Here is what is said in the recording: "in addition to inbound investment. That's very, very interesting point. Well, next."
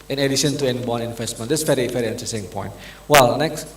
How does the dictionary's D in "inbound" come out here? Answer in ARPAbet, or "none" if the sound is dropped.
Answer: none